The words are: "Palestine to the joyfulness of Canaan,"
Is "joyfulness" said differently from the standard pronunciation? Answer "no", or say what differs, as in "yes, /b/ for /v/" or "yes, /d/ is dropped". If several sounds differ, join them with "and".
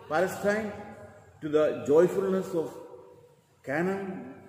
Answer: no